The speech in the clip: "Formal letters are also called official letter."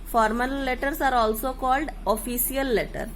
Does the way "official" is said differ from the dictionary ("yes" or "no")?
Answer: yes